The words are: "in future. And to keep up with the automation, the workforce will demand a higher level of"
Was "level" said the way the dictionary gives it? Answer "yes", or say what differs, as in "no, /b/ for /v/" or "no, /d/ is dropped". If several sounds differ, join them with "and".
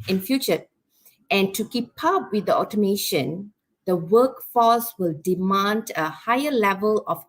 yes